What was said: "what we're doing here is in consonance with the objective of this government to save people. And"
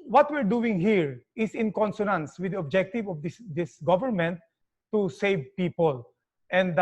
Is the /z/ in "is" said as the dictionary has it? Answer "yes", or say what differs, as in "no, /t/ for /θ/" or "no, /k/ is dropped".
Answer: no, /s/ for /z/